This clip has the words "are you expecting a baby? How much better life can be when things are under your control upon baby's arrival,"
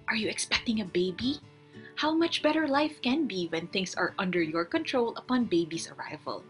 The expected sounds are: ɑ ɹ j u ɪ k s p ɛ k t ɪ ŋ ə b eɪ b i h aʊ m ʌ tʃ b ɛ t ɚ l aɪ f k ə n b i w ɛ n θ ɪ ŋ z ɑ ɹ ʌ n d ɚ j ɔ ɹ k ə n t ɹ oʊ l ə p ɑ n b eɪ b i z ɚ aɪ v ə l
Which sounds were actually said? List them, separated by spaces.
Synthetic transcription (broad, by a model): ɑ ɹ j u ɪ k s p ɛ k t ɪ ŋ ə b eɪ b i h aʊ m ʌ tʃ b ɛ t ɚ l aɪ f k ə n b i w ɛ n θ ɪ ŋ s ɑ ɹ ʌ n d ɚ j ɔ ɹ k ə n t ɹ oʊ l ə p ɑ n b eɪ b i s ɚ aɪ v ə l